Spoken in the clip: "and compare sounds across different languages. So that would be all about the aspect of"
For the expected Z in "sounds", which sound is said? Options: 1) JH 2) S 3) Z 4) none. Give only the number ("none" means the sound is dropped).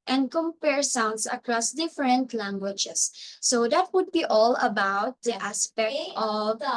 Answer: 2